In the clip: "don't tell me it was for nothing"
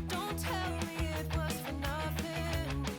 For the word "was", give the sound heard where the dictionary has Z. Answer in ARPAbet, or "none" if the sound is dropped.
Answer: S